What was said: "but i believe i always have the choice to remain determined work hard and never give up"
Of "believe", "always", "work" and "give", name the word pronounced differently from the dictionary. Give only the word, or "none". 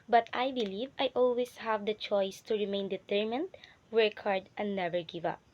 always